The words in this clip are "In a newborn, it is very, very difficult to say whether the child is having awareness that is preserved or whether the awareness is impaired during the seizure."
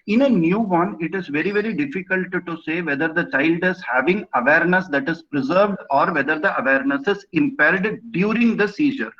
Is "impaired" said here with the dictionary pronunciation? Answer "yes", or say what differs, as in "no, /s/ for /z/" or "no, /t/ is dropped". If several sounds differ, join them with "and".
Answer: no, /l/ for /ɹ/